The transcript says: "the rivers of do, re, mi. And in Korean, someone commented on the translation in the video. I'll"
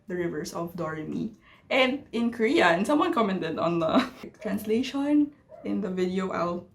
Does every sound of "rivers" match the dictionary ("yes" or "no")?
no